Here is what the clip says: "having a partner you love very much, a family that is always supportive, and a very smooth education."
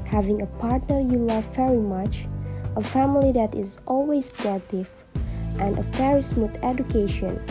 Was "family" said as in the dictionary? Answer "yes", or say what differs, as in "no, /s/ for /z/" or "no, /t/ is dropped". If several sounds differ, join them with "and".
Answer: yes